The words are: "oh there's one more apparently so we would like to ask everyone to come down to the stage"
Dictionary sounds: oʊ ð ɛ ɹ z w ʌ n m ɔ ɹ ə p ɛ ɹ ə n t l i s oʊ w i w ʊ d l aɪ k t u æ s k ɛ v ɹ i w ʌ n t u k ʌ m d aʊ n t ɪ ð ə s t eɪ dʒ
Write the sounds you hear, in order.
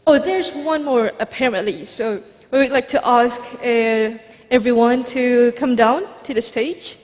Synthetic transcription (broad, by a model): oʊ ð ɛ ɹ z w ʌ n m ɔ ɹ ə p ɛ ɹ ə n t l i s oʊ w i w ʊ d l aɪ k t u æ s k ɛ v ɹ i w ʌ n t u k ʌ m d aʊ n t ɪ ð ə s t eɪ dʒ